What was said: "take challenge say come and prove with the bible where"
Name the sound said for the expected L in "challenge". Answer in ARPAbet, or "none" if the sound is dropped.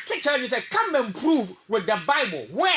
none